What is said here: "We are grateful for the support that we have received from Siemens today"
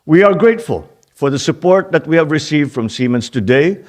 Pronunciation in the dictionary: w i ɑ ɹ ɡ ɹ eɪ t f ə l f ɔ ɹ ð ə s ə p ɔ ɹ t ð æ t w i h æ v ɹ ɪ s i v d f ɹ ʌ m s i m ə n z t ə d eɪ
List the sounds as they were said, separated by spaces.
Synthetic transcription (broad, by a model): w i ɑ ɹ ɡ ɹ eɪ t f ə l f ɔ ɹ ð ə s ə p ɔ ɹ t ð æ t w i h æ v ɹ ɪ s i v d f ɹ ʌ m s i m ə n s t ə d eɪ